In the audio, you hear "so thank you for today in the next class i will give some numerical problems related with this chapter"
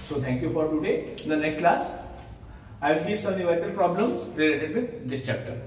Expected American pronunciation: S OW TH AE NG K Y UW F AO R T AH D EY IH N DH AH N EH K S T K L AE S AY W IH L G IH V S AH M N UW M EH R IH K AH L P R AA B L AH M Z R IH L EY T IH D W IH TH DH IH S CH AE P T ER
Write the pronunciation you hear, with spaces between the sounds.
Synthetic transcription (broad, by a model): S OW T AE NG K Y UW F AO R T AH D EY IH N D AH N EH K S T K L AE S AY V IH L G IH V S AH M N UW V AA IH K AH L P R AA B L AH M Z R IH L EY T IH D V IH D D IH S CH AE P T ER